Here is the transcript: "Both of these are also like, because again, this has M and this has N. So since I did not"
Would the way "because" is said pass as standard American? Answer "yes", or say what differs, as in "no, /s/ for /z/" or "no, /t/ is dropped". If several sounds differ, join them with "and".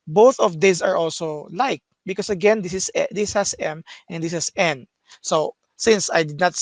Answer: no, /s/ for /z/